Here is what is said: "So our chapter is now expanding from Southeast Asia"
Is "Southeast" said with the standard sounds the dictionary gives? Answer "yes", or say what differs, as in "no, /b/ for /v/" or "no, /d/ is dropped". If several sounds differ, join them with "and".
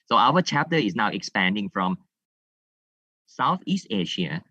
yes